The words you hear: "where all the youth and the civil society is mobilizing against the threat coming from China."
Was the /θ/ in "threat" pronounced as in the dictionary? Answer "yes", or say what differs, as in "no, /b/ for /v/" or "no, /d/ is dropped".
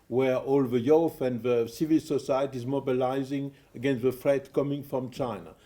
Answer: no, /f/ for /θ/